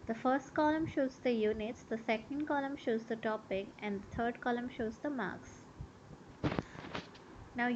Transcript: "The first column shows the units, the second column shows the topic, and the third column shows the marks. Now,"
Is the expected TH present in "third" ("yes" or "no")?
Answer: no